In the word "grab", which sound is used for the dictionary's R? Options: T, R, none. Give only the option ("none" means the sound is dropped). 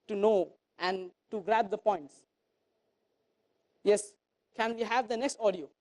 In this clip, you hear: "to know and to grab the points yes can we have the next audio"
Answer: R